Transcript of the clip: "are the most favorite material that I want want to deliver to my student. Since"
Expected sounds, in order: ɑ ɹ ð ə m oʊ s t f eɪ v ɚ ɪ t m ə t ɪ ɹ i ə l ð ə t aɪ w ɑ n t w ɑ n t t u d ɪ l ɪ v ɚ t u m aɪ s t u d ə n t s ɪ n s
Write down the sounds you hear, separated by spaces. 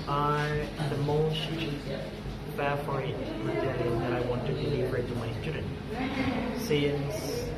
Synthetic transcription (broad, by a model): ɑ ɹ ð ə m oʊ s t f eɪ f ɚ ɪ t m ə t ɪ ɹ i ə n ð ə t aɪ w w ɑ n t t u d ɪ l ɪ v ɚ t u m aɪ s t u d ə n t s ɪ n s